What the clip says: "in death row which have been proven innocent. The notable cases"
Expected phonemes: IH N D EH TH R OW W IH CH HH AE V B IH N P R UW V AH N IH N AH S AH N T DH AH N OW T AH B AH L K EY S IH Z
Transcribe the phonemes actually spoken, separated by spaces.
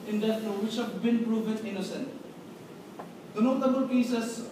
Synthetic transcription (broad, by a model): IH N D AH T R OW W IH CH HH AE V B IH N P R UW V AH N IH N AH S AH N T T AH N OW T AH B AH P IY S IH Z